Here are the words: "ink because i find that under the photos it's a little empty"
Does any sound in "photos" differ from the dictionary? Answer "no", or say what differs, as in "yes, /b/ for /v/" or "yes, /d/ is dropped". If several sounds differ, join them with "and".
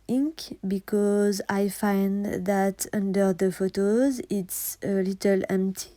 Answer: no